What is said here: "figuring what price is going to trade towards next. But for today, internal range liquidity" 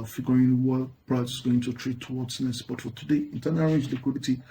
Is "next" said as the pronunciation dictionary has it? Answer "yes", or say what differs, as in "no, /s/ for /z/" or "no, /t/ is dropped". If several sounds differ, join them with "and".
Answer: no, /k/ is dropped